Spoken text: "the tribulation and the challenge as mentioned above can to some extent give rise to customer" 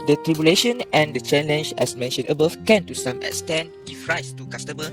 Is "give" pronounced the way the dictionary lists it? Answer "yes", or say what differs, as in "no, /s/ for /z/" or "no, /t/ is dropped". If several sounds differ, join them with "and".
no, /f/ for /v/